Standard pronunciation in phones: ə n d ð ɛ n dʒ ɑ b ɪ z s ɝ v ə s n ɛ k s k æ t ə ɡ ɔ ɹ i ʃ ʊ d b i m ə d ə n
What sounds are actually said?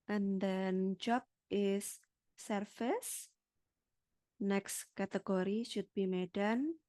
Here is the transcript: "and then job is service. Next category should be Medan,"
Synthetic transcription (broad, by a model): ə n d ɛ n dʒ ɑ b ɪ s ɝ f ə s n ɛ k s k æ t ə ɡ ɔ ɹ i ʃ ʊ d b i m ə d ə n